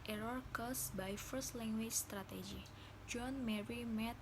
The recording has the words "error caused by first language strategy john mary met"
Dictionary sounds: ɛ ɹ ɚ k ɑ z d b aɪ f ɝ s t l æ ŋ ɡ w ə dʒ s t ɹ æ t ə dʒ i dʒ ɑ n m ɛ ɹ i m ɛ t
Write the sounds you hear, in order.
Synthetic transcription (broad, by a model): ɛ ɹ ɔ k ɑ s b aɪ f ɝ s t l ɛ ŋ ɡ w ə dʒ s t ɹ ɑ t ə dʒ i dʒ ɑ n m ɛ ɹ i m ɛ t